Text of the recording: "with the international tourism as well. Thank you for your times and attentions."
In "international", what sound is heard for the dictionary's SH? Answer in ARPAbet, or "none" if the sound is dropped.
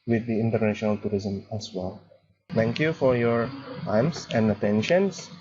SH